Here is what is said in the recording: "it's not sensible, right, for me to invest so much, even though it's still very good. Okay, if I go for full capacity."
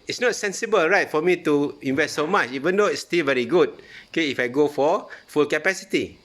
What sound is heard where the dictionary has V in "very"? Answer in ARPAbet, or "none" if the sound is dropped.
V